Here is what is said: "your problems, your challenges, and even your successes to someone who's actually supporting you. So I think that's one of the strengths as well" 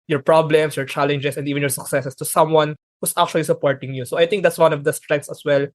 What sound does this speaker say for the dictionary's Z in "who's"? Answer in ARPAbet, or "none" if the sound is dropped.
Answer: S